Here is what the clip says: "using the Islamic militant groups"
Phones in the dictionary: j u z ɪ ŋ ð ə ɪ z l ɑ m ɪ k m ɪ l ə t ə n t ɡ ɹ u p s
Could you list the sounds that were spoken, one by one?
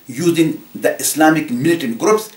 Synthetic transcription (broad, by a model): j u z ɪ ŋ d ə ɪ s l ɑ m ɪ k m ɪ l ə t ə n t ɡ ɹ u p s